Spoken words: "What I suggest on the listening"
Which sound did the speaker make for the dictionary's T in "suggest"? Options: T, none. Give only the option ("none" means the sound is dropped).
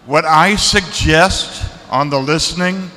T